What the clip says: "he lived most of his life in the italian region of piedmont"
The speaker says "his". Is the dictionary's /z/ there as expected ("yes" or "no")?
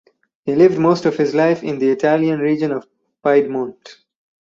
yes